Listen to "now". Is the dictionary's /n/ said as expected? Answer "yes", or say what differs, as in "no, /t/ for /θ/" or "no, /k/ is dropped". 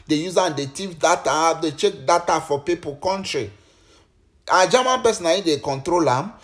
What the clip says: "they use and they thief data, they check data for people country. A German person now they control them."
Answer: no, /l/ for /n/